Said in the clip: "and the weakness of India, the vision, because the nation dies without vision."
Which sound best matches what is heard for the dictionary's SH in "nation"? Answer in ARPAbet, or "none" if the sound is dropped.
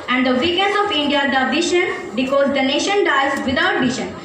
SH